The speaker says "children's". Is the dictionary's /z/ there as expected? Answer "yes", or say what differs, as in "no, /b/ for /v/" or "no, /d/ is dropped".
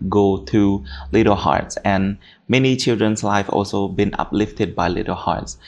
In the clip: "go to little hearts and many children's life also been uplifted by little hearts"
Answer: no, /s/ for /z/